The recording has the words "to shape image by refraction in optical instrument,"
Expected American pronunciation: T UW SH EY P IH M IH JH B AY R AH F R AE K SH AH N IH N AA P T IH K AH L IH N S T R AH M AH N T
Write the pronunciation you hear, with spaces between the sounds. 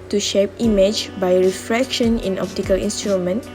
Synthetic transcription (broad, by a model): T UW SH EY P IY M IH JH B AY R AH F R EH K SH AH N IH N AA P T IH K AH L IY N S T R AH M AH N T